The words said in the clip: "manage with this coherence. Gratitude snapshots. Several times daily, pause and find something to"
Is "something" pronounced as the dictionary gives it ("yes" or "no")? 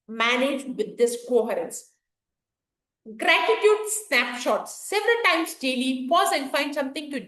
no